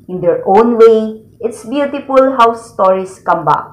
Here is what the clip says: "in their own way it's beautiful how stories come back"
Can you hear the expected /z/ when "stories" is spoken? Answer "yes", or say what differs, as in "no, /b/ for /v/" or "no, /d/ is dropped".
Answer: no, /s/ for /z/